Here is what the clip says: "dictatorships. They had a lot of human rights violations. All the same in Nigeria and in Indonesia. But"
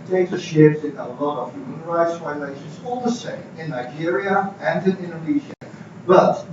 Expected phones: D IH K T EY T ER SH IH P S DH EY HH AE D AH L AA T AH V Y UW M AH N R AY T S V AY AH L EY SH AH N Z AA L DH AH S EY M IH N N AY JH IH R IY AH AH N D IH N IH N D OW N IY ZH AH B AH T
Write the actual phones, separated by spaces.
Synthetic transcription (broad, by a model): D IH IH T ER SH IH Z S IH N AH L AA T AH V Y UW M AH N R AY T S F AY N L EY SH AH N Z AA L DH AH S EY M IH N N AY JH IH R IY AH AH N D IH N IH N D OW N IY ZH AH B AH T